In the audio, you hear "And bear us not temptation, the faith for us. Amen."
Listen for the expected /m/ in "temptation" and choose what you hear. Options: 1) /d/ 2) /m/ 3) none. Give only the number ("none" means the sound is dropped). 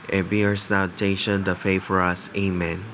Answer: 3